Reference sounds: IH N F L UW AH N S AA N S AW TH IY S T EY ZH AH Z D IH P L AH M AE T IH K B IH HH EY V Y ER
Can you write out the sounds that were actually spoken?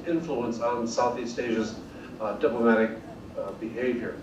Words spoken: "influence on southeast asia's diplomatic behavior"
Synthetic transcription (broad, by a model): IH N F L UW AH N S N S AW TH IY S T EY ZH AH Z D IH P L AH M AE T IH K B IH HH EY V Y ER